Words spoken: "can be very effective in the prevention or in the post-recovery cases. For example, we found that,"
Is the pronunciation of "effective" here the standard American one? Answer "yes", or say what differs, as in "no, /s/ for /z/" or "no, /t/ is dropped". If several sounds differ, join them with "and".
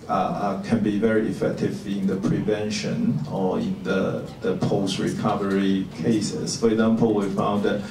yes